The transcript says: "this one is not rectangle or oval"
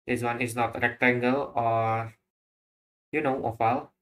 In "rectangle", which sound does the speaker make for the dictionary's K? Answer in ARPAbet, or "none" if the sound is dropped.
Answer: K